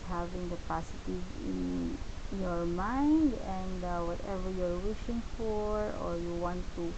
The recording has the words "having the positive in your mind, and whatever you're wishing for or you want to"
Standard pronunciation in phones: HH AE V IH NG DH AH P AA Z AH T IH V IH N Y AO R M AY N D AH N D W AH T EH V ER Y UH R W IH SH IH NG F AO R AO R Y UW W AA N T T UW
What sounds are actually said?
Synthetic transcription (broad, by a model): HH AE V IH NG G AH P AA S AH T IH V IH N Y AO R M AY N D AH N D W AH T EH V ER Y R W IH SH IH NG F AO R AO R Y UW W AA N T T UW